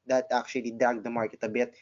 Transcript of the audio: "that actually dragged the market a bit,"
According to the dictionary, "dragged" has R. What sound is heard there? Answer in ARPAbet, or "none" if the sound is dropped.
none